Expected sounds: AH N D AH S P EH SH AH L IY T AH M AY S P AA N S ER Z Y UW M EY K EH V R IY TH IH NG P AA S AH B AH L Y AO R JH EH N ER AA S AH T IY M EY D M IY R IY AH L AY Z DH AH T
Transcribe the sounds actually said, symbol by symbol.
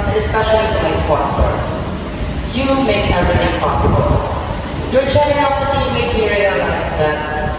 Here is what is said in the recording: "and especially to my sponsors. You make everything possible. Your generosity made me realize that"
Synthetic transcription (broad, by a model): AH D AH S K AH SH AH N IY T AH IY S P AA N S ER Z Y UW M EY K EH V R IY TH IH NG P AA S AH B AH L Y AO R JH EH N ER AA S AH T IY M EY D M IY R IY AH L AY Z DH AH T